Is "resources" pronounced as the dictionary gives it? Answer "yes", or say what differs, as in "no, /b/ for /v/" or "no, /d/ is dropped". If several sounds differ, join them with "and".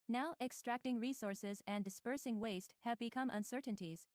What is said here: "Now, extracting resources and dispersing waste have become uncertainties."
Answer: yes